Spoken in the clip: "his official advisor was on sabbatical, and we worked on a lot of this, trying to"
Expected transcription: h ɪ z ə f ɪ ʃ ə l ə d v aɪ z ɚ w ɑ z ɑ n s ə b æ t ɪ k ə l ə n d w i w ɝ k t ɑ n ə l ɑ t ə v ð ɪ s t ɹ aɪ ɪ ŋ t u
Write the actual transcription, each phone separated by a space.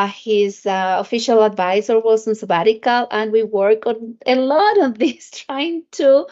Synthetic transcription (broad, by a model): h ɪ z ə f ɪ ʃ ə l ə d v aɪ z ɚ w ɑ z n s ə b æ t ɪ k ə l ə n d w i w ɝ k ɑ n ə l ɑ t ə v ð ɪ s t ɹ aɪ ɪ ŋ t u